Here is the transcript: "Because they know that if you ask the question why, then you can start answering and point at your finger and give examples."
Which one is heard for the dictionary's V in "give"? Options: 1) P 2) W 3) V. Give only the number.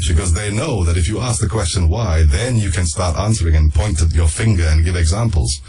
3